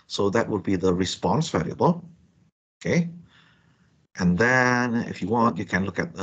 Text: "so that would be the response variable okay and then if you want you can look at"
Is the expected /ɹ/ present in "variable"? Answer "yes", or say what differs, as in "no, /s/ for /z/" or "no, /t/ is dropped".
no, /l/ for /ɹ/